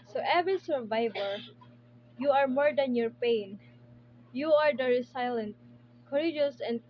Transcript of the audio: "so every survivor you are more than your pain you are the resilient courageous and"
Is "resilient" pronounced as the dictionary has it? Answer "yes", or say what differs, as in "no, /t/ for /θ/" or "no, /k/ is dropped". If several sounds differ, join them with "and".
no, /s/ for /z/